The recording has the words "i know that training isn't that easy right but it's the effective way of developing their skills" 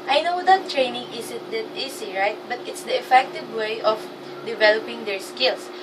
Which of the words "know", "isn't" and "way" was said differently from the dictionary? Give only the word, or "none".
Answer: isn't